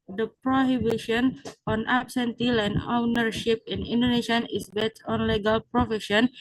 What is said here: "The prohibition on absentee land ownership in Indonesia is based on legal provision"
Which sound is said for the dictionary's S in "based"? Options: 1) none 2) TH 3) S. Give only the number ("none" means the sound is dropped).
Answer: 1